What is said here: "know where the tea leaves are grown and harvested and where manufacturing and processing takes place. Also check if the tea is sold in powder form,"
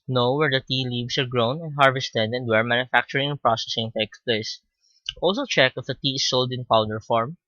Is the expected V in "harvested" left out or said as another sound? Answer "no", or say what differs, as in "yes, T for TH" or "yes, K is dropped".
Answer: no